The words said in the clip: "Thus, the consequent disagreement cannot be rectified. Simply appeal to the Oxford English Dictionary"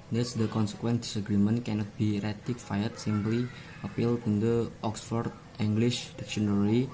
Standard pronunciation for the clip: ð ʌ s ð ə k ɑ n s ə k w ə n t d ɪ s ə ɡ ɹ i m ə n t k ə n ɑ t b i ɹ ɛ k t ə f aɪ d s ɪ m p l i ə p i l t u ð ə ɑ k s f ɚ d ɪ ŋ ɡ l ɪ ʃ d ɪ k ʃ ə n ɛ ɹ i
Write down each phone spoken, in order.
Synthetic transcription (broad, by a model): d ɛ s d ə k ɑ n s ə k w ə n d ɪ s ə ɡ ɹ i m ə n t k ə n ɑ t b i ɹ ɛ t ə f aɪ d s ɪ m p l i ə p i l t u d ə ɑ k s f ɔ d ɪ ŋ ɡ l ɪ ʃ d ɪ k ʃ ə n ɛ ɹ i